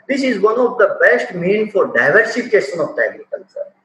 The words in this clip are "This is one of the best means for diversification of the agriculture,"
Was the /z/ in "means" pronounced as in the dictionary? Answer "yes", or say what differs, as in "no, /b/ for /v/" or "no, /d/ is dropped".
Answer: no, /z/ is dropped